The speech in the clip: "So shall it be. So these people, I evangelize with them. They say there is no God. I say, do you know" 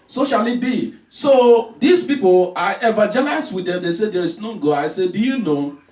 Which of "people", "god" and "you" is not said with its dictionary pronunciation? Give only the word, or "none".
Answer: god